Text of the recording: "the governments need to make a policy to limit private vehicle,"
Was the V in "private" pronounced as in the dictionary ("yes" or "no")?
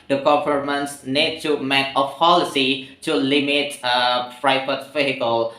no